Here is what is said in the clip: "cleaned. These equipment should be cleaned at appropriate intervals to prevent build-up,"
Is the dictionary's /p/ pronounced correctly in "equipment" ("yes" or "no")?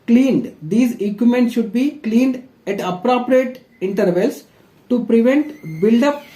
no